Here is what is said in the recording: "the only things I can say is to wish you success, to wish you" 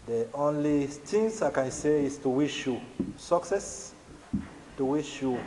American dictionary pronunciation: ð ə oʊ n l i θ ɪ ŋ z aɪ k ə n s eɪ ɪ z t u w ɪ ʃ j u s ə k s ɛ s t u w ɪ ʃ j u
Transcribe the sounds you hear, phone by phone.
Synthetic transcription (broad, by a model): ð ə oʊ n l i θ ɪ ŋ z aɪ k ə n s eɪ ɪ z t u w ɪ ʃ j u s ə k s ɛ s t u w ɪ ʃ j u